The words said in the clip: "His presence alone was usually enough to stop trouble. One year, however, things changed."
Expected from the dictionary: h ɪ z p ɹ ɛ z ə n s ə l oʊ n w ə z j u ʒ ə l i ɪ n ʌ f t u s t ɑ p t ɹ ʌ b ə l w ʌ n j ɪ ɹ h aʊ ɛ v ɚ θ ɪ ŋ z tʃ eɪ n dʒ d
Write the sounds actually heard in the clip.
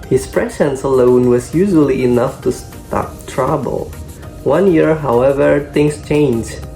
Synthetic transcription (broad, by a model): h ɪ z p ɹ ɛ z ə n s ə l oʊ n w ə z j u ʒ ə l i ɪ n ʌ f t u s t ɑ p t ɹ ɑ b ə l w ʌ n j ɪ ɹ h aʊ ɛ v ɚ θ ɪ ŋ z tʃ eɪ n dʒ